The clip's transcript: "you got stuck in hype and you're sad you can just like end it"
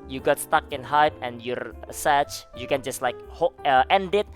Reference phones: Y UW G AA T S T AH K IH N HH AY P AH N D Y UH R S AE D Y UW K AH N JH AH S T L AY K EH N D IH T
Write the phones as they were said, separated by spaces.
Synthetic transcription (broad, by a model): Y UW G AA T S T AH K IH N HH AY P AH N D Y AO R S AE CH Y UW K AH N JH AH S T L AY K EH N D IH T